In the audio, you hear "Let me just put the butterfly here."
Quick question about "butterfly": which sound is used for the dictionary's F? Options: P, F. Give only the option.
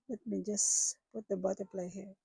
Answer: P